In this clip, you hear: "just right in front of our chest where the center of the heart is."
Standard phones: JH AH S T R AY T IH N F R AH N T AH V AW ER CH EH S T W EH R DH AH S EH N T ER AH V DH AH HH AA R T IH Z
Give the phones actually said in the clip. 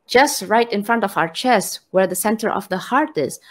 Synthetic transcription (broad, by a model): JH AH S T R AY T IH N F R AH N T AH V AW ER CH EH S T W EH R DH AH S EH N T ER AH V DH AH HH AA R T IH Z